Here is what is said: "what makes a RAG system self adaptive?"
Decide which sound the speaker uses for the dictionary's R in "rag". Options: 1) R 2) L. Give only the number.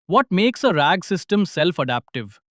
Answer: 1